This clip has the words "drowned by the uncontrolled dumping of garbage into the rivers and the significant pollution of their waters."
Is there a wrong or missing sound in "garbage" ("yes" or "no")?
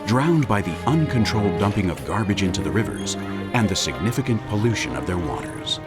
no